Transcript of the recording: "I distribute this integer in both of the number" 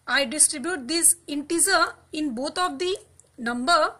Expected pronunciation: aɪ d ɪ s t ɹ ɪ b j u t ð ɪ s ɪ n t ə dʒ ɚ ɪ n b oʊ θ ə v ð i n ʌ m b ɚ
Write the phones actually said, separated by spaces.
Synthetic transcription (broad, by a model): aɪ d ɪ s t ɹ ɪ b j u t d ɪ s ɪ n t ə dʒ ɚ ɪ n b oʊ t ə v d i n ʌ m b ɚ